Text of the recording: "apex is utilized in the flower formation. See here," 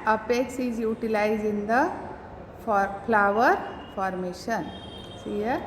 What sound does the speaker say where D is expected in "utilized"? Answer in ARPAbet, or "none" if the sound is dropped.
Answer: none